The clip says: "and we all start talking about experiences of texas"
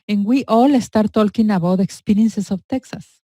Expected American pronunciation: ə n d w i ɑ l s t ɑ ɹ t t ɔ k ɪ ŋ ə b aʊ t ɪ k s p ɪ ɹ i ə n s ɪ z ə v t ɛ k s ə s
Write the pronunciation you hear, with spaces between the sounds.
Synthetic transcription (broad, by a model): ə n w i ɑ l s t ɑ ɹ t t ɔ k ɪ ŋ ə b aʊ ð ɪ k s p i ɹ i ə n s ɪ s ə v t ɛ k s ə s